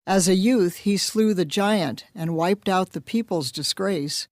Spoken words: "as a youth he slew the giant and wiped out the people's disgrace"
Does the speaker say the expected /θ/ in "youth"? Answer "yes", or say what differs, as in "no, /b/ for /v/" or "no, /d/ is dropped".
yes